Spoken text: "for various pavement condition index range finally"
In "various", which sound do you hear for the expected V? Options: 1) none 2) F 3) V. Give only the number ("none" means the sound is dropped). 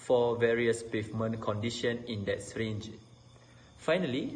3